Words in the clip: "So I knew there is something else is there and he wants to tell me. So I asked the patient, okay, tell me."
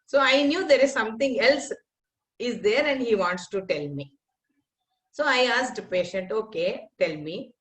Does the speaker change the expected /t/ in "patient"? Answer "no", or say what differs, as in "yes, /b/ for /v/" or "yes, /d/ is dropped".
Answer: no